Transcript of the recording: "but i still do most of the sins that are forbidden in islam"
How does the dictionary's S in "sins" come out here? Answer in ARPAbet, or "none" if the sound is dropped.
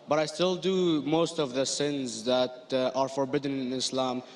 S